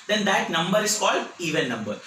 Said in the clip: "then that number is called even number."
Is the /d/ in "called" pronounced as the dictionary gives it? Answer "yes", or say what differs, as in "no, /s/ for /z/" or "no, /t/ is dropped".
yes